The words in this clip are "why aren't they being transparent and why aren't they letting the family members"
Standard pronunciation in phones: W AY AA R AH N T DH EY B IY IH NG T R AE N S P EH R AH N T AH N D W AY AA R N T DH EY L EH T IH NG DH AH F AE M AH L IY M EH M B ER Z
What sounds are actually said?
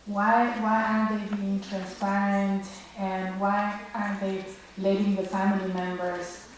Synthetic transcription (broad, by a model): W AY AA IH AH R DH EY B IY IH NG T R AE N S P EH R AH N T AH N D W AY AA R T DH EY L EH T IH NG DH AH F AE M AH L IY M EH M B ER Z